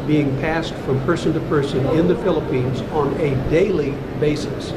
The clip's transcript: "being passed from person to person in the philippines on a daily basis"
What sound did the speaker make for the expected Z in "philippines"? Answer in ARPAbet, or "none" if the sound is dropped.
Z